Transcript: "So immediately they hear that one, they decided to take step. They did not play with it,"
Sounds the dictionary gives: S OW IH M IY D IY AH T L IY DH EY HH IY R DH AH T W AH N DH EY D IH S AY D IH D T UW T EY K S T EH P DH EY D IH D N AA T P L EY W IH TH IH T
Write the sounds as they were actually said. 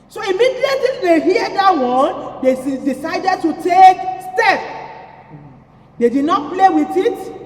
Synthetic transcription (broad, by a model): S OW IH M IY D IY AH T IY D EY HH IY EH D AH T W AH N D EY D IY S AY D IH D T UW T EY K S T EH P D EY D IH D N AA T P L EY W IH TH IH T